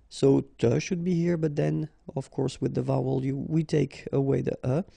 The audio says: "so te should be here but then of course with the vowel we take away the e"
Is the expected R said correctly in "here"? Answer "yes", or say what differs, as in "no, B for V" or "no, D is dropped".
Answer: yes